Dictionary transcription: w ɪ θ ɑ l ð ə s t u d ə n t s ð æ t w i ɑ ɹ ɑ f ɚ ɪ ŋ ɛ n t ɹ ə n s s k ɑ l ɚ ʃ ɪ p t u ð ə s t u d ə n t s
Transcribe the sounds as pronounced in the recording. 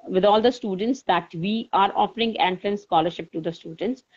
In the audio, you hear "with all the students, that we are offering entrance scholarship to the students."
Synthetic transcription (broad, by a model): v ɪ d ɑ l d ə s t u d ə n t s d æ t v i ɑ ɹ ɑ f ɚ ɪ ŋ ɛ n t l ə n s s k ɑ l ɚ ʃ ɪ p t u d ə s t u d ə n t s